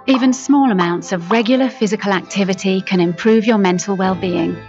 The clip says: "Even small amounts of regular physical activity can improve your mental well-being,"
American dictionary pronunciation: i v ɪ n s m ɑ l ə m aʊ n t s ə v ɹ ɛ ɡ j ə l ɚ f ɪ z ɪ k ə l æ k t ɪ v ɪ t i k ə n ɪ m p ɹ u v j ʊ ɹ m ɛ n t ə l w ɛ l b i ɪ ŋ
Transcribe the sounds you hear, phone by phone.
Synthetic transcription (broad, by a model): i v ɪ n s m ɑ l ə m aʊ n t s ə v ɹ ɛ ɡ j l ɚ f ɪ z ɪ k ə l æ k t ɪ v ɪ t i k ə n ɪ m p ɹ u v j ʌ m ɛ n t ə l w ɛ l b i ɪ ŋ